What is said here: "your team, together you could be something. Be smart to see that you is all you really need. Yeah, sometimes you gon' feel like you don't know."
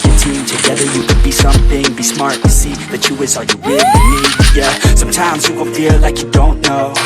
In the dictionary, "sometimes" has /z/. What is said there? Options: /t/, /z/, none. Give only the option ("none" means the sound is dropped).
/z/